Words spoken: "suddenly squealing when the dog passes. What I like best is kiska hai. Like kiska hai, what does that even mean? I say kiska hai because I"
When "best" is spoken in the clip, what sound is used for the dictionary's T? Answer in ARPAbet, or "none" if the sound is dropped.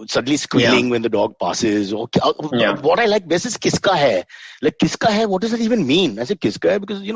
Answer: none